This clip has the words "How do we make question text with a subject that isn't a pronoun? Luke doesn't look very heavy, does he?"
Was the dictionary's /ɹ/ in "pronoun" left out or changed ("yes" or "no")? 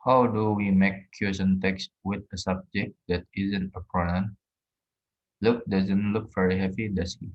yes